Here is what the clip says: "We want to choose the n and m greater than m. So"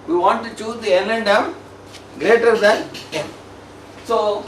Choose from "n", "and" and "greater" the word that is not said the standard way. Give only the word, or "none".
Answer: n